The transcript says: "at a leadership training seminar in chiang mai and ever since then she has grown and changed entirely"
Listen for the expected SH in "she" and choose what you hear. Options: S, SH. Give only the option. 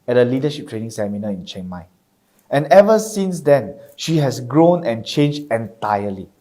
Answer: SH